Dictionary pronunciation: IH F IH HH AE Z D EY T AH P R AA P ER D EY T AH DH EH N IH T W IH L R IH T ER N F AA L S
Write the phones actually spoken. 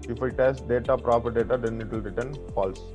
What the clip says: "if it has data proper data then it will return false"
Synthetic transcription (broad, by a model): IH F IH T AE S D EY T AH P R AA P ER D EY T AH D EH N IH T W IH L R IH T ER N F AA L S